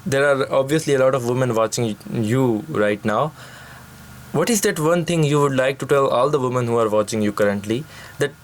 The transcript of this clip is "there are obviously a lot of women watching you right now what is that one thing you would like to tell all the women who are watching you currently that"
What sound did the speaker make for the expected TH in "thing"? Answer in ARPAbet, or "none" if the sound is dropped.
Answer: T